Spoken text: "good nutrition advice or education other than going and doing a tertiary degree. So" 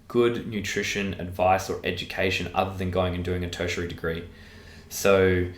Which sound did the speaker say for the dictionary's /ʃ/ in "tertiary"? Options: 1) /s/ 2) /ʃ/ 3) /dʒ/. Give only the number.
2